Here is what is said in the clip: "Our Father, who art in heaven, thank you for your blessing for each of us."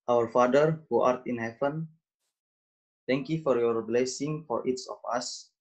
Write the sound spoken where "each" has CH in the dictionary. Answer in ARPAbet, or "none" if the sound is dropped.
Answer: S